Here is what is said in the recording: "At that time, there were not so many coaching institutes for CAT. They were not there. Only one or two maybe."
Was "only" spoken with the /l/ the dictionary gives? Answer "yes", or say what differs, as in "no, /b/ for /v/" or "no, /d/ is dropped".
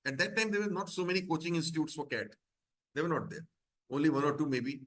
yes